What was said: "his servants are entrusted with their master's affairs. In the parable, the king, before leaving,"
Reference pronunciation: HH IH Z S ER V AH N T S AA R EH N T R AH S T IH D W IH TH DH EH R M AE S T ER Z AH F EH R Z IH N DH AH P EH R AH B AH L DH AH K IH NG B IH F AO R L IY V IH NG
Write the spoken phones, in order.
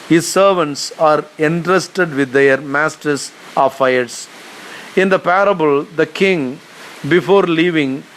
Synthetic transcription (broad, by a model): HH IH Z S ER V AH N T S AA R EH N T R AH S T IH D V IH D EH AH R M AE S T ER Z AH F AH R S IH N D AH P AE R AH B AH L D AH K IH NG B IH F AO R L IY V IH NG